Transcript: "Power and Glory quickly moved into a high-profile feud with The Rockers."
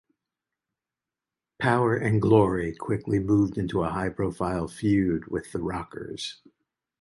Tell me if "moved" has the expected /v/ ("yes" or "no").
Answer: yes